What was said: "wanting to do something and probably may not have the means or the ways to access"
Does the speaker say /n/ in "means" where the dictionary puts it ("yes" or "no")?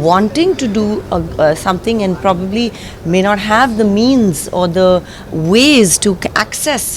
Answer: yes